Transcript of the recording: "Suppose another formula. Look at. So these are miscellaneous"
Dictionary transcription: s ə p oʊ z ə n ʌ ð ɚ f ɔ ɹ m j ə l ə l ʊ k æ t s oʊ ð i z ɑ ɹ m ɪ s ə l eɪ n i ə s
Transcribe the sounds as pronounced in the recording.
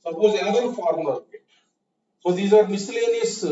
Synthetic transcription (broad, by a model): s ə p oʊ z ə ʌ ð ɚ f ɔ ɹ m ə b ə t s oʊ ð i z ɑ ɹ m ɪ s l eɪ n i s